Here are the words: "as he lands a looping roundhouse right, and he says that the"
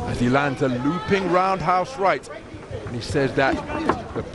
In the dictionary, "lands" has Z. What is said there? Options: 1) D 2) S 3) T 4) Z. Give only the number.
4